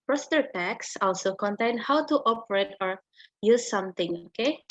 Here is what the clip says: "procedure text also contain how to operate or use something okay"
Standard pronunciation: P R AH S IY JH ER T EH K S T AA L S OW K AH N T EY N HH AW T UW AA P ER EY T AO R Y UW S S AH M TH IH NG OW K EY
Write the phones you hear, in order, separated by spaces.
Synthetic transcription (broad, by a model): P R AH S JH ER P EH K S AA L S OW K AH N T EY N HH AW T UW AA P ER EY T AO R Y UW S S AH M T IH NG OW K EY